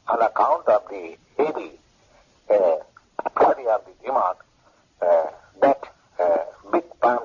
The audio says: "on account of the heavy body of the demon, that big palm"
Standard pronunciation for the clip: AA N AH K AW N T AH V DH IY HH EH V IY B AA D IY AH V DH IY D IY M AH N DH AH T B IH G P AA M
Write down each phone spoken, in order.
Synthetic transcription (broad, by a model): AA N AH K AW N T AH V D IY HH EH B IY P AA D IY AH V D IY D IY M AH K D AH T B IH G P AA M